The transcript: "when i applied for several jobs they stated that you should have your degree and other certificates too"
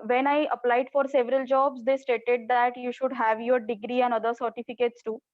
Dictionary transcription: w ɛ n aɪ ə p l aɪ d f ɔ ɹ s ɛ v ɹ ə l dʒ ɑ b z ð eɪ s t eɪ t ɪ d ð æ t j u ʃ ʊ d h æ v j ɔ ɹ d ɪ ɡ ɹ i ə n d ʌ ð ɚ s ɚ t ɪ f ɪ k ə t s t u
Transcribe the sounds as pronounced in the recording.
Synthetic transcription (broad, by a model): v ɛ n aɪ ə p l aɪ d f ɔ ɹ s ɛ v ɹ ə l dʒ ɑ b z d eɪ s t eɪ t ɪ d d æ t j u ʃ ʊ d h æ v j ɔ ɹ d ɪ ɡ ɹ i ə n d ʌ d ɚ s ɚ t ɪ f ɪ k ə t s t u